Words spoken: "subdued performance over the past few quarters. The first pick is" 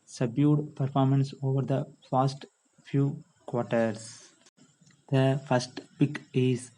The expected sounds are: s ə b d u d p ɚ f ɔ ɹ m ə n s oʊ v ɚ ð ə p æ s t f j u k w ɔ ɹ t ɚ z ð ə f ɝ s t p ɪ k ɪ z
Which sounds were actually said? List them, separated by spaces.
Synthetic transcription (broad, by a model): s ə b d u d p ɚ f ɔ ɹ m ə n s oʊ v ɚ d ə f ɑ s t f j u k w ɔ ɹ t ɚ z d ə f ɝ s t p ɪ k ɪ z